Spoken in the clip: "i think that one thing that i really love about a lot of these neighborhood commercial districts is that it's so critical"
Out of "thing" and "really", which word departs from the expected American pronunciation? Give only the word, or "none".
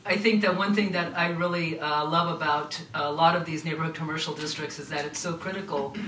none